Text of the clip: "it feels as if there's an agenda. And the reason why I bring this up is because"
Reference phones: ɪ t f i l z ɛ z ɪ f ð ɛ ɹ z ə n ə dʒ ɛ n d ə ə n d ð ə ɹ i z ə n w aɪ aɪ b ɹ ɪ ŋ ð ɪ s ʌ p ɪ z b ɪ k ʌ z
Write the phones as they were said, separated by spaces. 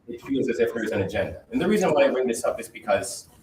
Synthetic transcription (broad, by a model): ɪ t f i l z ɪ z ɪ f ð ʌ ɹ z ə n ə dʒ ɛ n d ə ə n ð ə ɹ i z ə n w aɪ aɪ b ɹ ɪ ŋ ð ɪ s ʌ p ɪ z b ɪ k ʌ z